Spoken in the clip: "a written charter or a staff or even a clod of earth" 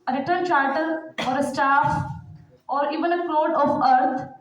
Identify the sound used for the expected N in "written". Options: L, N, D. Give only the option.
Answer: L